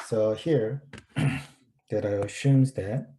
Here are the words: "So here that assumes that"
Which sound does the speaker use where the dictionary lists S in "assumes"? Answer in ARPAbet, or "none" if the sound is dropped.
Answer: SH